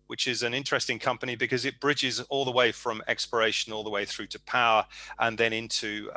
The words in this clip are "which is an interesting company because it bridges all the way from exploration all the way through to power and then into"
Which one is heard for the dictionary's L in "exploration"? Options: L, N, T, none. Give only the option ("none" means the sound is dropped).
none